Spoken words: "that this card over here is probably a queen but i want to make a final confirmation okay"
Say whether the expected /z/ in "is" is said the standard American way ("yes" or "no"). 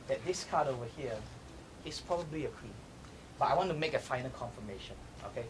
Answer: no